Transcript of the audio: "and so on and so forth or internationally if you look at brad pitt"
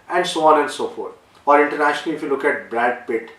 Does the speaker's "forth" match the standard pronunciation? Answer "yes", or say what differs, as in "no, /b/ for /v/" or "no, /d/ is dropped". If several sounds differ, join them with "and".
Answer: no, /t/ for /θ/